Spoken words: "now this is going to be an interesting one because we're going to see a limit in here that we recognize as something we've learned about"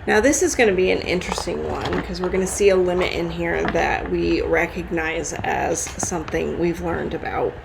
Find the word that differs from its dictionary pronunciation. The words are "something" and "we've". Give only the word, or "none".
none